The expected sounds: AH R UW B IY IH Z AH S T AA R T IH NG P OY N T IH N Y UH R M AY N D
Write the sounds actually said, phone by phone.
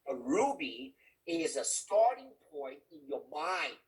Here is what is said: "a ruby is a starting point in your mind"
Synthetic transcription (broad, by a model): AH R UW B IY IH Z AH S T AA R T IH NG P OY N T IH N Y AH R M AY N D